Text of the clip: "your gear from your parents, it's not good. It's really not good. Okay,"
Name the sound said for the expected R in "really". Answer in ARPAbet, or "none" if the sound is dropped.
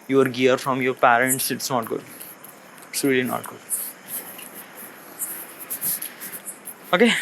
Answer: L